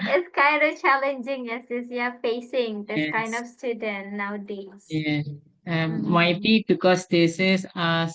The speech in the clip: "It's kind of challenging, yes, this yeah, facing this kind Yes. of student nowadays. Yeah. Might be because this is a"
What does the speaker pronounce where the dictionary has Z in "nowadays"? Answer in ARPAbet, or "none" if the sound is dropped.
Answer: none